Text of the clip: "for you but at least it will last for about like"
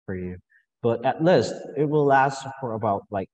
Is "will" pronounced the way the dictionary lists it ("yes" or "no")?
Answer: yes